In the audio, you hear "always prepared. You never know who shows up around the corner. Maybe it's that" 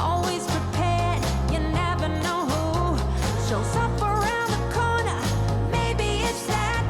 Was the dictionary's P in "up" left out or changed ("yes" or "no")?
yes